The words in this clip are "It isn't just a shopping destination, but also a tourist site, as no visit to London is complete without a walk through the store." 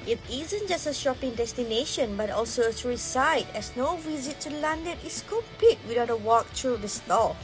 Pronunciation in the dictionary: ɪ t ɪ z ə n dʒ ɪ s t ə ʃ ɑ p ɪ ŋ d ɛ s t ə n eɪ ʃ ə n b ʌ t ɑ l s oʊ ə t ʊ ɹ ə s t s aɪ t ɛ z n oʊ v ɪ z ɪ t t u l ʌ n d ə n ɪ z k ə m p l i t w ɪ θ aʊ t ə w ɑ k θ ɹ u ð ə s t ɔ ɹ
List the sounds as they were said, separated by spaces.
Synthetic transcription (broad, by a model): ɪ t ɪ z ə n dʒ ɪ s t ə ʃ ɑ p ɪ ŋ d ɛ s t ə n eɪ ʃ ə n b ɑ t ɑ l s oʊ ə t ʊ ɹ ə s s aɪ t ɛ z n oʊ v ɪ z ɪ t t u l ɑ n d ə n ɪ s k ə m p l i t w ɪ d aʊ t ə w ɑ k t ɹ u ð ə s t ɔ